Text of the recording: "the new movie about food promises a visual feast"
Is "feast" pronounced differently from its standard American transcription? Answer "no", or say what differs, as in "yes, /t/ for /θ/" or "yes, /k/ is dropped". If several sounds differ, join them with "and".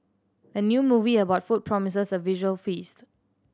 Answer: no